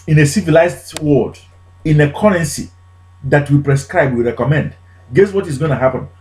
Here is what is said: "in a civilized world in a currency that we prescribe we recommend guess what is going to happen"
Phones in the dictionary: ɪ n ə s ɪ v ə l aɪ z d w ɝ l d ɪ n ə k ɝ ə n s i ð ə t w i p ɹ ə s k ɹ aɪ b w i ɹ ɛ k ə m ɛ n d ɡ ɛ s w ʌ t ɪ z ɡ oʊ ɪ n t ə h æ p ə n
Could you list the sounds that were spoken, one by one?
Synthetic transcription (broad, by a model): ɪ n ə s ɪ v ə l aɪ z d w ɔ d ɪ n ə k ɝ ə n s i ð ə t w i p ɹ ə s k ɹ aɪ b w i ɹ ɛ k ə m ɛ n d ɡ ɛ s w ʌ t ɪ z ɡ oʊ ɪ n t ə h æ p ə n